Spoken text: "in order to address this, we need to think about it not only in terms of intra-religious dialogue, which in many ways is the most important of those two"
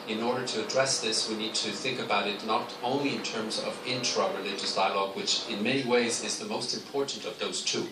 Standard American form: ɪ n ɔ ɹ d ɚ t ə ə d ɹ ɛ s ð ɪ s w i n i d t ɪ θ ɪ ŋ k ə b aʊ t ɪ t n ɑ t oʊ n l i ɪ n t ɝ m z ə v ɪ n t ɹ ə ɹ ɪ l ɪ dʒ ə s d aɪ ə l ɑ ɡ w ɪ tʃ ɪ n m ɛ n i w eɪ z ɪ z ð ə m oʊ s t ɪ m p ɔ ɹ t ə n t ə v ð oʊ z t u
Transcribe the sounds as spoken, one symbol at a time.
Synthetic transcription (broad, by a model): ɪ n ɔ ɹ d ɚ t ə ə d ɹ ɛ s ð ɪ s w i n i d t ɪ θ ɪ ŋ k ə b aʊ t ɪ t n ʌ t oʊ n l i ɪ n t ɝ m z ə v ɪ n t ɹ ə ɹ ɪ l ɪ dʒ ə s d aɪ ə l ɑ ɡ w ɪ tʃ ɪ n m ɛ n i w eɪ z ɪ z ð ə m oʊ s t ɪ m p ɔ ɹ t n t ə v ð oʊ z t u